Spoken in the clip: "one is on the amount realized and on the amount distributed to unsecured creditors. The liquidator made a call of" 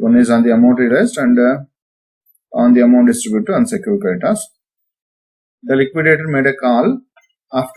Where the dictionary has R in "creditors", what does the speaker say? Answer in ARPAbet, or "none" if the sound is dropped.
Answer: none